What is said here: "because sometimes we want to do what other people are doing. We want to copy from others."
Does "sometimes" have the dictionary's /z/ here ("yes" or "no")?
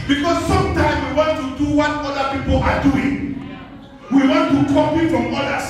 no